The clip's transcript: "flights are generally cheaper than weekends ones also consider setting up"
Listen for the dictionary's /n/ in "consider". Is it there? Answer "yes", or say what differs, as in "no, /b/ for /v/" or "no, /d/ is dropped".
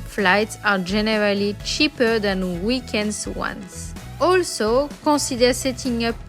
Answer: no, /n/ is dropped